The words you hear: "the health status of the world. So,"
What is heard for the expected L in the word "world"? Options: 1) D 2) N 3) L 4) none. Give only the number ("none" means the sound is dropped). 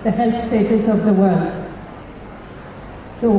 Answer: 3